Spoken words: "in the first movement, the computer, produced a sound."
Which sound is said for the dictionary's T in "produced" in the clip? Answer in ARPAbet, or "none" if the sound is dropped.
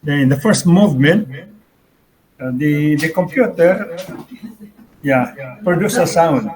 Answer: none